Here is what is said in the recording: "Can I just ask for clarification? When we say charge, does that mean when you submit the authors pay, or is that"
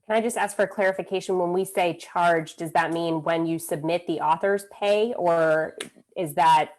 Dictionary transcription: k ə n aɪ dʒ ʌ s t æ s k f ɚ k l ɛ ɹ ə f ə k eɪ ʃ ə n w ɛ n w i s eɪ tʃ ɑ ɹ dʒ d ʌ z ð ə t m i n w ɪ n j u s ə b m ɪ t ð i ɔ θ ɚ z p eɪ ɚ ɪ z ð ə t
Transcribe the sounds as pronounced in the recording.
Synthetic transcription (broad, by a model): k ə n aɪ dʒ ʌ s t æ s k f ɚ k l ɛ ɹ ə f ə k eɪ ʃ ə n w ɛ n w i s eɪ tʃ ɑ ɹ dʒ d ʌ z ð ə t m i n w ɪ n j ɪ s ə b m ɪ t ð i ɔ θ ɚ z p eɪ ɚ ɪ z ð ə t